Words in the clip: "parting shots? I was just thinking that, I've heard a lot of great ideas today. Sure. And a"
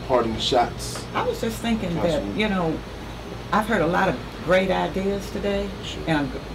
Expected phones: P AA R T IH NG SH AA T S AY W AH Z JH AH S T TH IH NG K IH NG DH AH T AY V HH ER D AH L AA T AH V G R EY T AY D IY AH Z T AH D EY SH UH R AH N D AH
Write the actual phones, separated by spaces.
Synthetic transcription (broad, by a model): P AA R T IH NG SH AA T S AY W AH Z JH AH S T TH IH NG K IH NG DH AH T AY V HH ER D AH L AA T AH V G R EY T AY D IY AH Z T AH D EY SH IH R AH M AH